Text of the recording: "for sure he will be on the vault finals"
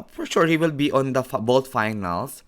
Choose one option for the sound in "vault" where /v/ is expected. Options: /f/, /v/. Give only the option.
/f/